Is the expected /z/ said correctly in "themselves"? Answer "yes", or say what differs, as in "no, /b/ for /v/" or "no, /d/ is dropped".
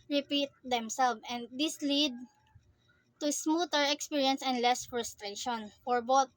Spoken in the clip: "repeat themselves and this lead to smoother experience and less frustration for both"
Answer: no, /z/ is dropped